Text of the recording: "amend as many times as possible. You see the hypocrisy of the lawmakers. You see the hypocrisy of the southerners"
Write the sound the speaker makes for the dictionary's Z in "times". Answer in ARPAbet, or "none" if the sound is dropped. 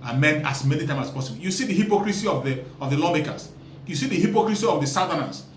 none